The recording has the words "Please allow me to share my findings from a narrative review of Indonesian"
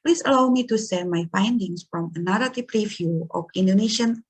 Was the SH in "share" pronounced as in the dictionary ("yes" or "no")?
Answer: no